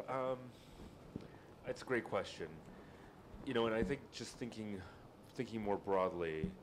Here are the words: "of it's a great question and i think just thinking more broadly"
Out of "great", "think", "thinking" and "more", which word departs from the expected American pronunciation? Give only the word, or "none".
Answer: none